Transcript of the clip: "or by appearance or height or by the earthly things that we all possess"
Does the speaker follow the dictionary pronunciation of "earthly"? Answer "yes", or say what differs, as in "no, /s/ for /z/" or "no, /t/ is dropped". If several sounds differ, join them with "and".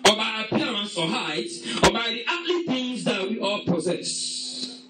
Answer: no, /t/ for /θ/